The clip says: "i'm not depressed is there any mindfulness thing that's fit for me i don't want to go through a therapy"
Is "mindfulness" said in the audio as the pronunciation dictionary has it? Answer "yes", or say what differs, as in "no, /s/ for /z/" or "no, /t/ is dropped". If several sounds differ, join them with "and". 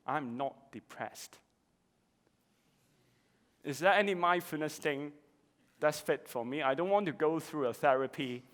no, /l/ is dropped